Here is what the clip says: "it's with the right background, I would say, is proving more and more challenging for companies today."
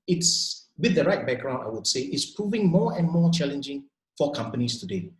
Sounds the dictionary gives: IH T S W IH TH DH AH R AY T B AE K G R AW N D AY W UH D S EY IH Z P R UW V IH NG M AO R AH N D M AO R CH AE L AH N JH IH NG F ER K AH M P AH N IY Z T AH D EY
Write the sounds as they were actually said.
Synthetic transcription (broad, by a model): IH T S W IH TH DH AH R AY T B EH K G R AW N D AY W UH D S EY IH S P R UW V IH NG M AO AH N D M AO CH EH L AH N JH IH NG F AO K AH M P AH N IY S T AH D EY